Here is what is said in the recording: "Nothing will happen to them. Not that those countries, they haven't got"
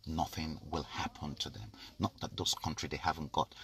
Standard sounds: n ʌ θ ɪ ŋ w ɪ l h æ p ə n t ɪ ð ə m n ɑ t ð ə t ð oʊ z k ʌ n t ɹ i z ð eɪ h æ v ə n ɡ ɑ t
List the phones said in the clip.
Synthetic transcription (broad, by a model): n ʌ θ ɪ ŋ w ɪ l h æ p ə n t ɪ ð ə m n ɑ t ð ə t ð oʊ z k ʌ n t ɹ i ð eɪ h æ v ə n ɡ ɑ t